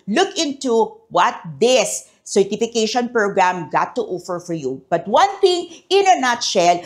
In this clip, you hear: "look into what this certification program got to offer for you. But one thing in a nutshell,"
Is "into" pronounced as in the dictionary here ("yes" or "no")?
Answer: yes